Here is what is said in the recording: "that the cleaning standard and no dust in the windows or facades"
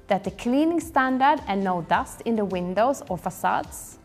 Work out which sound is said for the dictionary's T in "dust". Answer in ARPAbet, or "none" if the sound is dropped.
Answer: T